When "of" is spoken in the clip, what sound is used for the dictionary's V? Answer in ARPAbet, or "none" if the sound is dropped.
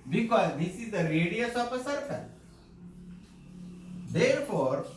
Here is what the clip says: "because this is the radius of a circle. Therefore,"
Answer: P